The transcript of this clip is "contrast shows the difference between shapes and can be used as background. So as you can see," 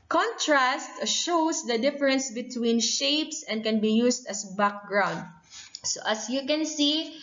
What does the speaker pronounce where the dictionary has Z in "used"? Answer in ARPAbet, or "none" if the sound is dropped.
S